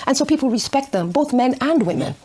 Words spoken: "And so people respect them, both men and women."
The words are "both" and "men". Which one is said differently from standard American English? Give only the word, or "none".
none